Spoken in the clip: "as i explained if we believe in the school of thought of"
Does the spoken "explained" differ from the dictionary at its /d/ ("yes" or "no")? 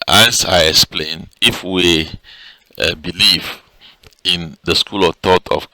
yes